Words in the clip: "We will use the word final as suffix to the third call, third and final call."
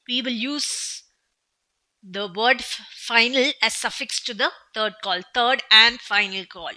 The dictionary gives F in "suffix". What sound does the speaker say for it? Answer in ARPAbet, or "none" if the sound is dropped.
F